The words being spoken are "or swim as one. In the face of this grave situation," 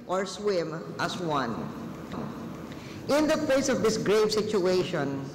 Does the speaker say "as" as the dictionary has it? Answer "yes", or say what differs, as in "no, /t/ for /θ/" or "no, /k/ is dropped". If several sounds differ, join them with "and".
no, /s/ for /z/